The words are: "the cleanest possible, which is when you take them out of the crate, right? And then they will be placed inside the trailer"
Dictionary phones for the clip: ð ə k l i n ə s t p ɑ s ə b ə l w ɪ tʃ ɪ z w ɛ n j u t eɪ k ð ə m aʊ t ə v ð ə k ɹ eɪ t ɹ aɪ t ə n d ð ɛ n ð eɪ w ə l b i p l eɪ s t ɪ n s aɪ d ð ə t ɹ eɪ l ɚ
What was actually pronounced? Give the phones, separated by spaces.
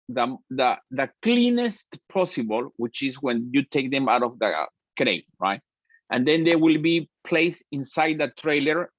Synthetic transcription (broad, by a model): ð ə k l i n ə s t p ɑ s ə b ə l w ɪ tʃ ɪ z w ɛ n j u t eɪ k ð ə m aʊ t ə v ð ə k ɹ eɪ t ɹ aɪ t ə n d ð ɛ n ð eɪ w ə l b i p l eɪ s ɪ n s aɪ d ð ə t ɹ eɪ l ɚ